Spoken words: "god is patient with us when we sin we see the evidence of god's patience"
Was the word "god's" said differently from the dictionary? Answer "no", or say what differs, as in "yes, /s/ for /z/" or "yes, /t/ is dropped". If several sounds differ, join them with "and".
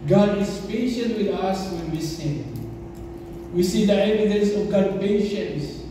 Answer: yes, /z/ is dropped